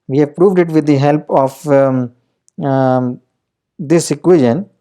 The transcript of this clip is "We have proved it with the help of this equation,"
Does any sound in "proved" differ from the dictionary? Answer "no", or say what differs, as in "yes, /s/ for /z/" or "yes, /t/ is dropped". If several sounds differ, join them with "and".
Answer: no